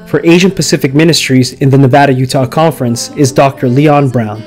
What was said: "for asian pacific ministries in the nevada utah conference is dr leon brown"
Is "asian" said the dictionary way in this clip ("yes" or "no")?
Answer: yes